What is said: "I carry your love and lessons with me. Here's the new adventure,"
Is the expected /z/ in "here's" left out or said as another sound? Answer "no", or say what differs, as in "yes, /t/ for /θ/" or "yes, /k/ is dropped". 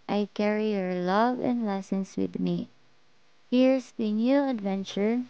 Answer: yes, /s/ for /z/